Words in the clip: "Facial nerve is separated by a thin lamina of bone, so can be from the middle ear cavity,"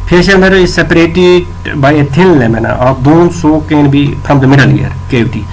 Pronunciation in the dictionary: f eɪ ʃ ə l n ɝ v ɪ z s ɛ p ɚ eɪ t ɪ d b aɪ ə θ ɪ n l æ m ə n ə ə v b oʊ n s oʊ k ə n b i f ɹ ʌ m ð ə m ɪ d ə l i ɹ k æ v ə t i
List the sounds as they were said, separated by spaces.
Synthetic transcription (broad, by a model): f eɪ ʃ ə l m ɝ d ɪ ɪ s ɛ p ɚ eɪ t ɪ d b aɪ ə t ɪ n l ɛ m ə n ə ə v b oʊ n s oʊ k ə n b i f ɹ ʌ m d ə m ɪ d ə l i ɹ k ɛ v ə t i